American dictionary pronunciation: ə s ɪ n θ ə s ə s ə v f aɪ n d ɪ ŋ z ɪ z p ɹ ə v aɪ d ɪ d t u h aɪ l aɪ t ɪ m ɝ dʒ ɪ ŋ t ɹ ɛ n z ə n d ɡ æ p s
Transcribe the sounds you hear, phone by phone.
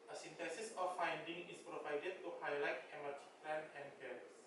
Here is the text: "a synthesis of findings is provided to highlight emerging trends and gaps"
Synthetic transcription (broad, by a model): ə s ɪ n t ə s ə s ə f aɪ n d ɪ ŋ ɪ s p ɹ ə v aɪ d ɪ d t u h aɪ l aɪ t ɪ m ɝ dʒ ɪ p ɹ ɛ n ə n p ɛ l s